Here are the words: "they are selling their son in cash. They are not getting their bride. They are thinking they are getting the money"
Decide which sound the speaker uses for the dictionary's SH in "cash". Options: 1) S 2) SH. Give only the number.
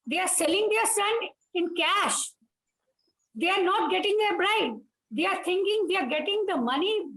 2